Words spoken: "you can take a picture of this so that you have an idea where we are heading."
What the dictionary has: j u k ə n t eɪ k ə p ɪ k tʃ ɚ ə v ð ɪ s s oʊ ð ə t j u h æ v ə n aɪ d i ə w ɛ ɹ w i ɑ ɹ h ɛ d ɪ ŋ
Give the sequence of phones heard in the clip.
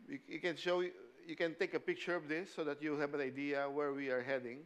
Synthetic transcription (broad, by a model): j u k ə n t eɪ k ə p ɪ k tʃ ɚ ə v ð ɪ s s oʊ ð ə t j u h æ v ə n aɪ d i ə w ɛ ɹ w i ɑ ɹ h ɛ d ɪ ŋ